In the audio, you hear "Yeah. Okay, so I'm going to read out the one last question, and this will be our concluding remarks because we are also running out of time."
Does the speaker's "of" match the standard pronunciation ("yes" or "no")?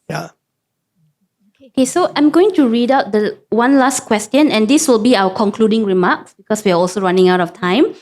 no